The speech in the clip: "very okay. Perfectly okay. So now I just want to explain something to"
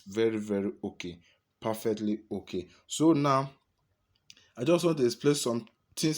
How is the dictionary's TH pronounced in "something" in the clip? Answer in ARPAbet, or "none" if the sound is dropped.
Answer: T